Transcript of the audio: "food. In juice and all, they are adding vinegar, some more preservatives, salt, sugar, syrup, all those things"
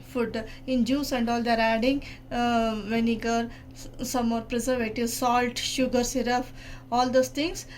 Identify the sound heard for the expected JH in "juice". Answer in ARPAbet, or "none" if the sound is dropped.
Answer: JH